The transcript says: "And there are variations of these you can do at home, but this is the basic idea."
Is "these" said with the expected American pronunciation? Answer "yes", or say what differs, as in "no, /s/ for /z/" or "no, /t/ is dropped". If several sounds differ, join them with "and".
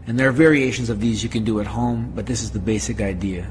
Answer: yes